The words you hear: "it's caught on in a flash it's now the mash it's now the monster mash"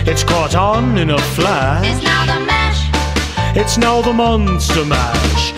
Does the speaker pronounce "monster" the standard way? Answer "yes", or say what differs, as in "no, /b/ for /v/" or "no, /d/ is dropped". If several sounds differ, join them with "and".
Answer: yes